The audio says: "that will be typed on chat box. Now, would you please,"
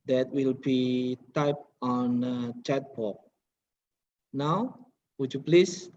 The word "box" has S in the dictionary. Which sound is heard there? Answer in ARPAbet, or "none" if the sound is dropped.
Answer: none